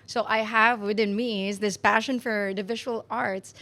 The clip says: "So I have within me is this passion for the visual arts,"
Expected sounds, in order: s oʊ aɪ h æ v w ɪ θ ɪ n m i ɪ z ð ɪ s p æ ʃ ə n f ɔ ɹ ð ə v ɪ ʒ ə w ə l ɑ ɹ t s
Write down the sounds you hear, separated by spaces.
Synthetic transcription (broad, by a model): s oʊ aɪ h æ v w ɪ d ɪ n m i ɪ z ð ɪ s p æ ʃ ə n f ɔ ɹ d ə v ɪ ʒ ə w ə l ɑ ɹ t s